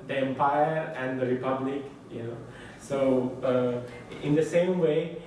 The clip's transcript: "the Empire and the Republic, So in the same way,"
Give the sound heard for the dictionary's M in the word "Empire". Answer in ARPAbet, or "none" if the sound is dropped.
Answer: M